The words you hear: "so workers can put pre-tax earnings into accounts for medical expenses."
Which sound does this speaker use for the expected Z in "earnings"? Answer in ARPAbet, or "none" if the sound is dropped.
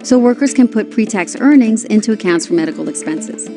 Z